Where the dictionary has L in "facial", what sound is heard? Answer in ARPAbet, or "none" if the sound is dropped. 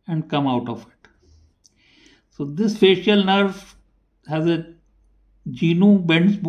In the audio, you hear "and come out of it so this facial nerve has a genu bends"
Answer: L